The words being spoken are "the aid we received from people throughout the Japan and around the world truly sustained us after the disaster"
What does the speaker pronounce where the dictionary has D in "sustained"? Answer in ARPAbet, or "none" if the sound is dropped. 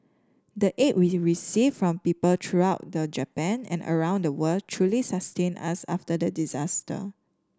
none